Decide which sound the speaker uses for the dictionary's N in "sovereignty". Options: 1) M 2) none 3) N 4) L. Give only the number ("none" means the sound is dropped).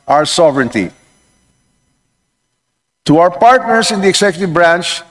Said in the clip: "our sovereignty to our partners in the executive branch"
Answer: 3